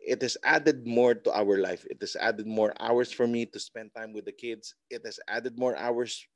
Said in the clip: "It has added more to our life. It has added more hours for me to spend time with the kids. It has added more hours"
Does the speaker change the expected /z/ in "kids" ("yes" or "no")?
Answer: yes